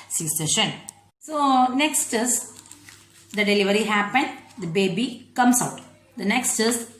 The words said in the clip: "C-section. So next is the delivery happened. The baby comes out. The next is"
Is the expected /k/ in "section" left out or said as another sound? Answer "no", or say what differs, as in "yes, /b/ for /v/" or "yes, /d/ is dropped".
yes, /k/ is dropped